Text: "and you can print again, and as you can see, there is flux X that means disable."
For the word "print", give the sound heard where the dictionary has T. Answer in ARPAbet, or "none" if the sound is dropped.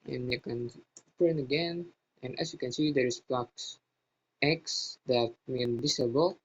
none